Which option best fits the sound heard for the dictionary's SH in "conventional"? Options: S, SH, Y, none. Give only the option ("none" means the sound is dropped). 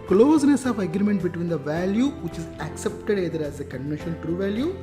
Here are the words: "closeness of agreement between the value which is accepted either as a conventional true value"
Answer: none